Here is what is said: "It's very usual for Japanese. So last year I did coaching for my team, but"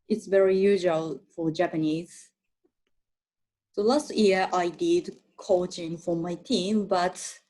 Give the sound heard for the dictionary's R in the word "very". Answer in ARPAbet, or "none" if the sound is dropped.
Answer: R